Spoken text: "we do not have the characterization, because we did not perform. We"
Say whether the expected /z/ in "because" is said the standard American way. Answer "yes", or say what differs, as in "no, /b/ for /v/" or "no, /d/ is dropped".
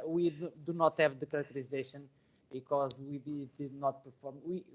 yes